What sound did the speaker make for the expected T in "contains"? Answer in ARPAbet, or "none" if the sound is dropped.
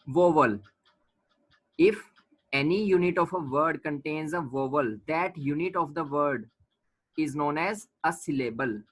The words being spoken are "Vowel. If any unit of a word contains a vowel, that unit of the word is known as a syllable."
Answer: T